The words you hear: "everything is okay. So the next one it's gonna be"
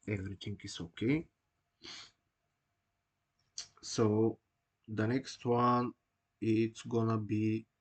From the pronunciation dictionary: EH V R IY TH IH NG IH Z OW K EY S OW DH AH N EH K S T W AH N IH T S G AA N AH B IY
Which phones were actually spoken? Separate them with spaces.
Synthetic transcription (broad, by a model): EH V R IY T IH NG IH S OW K EY S OW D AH N EH K S T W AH N IH T S G AA N AH B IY